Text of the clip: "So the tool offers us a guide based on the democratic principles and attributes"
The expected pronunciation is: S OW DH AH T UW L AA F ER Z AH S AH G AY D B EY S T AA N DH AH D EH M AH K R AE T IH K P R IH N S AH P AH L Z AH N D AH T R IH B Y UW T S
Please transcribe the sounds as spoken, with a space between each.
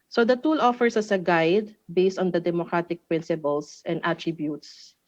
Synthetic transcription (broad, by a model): S OW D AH T UW L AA F ER S AH S AH G AY D B EY S T AA N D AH D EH M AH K R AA T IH K P R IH N S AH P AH L S AH N D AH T R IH B Y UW T S